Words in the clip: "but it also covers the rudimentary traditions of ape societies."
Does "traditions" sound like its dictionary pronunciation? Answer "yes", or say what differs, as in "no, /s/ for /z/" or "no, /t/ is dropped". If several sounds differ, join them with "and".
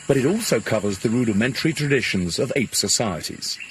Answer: yes